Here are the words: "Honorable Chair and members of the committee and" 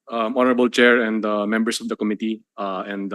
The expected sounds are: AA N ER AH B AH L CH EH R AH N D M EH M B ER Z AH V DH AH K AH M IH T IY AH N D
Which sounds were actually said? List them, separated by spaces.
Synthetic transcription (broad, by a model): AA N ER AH B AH L CH EH R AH N D M EH M B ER S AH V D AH K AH M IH T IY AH N D